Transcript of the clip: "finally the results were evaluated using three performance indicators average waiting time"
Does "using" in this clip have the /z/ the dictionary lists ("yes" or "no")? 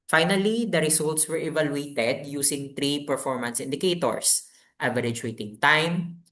no